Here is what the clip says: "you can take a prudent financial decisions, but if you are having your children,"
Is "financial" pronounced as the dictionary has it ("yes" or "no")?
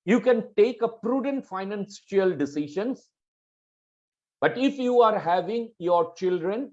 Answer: no